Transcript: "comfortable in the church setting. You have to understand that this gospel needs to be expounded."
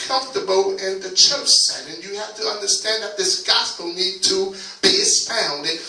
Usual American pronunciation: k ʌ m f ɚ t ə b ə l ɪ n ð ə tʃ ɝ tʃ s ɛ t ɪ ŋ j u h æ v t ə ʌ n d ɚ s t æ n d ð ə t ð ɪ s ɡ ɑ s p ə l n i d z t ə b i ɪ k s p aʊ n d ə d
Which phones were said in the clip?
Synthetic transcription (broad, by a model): k ʌ m f t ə b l ɪ n ð ə tʃ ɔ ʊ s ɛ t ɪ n j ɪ h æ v t ə ʌ n d ɚ s t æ n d ð ə t ð ɪ s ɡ ɑ s p l n i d t ə b i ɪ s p aʊ n d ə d